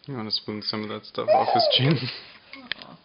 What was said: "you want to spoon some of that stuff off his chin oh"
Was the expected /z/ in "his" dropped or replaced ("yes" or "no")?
yes